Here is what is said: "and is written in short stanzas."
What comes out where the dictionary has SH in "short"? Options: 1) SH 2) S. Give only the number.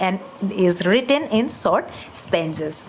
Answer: 2